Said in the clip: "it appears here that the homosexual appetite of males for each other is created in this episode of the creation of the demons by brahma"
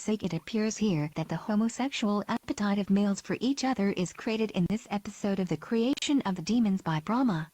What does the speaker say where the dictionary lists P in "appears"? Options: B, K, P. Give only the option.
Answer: P